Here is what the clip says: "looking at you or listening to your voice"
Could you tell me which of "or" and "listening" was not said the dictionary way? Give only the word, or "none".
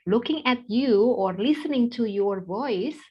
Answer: none